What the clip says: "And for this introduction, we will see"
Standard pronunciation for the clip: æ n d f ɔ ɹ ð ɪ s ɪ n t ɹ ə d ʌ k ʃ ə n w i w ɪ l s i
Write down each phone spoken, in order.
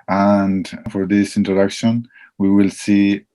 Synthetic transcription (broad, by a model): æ n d f ɔ ɹ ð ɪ s ɪ n t ɹ ə d ʌ k ʃ ə n w i w ɪ l s i